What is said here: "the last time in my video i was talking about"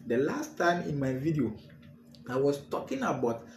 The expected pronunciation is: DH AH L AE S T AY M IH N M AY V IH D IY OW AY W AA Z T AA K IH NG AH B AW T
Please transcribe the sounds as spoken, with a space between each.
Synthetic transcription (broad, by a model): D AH L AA S T AY M IH N M AY V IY D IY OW AY W AA S T AA K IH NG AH B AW T